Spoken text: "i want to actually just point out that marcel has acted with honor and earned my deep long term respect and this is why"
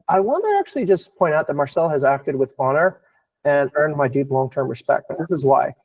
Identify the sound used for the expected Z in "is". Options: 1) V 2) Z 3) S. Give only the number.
2